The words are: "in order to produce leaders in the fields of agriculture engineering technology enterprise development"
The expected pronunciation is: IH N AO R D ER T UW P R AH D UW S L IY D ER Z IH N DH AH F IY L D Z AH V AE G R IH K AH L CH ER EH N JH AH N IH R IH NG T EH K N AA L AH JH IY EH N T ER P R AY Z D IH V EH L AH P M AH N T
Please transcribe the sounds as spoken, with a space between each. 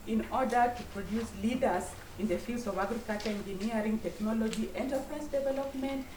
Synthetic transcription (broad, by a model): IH N AO R D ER T UW P R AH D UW S L IY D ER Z IH N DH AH F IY L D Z AH V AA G R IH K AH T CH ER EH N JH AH N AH R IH NG T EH K N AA L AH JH IY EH N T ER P R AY S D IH V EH L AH P M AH N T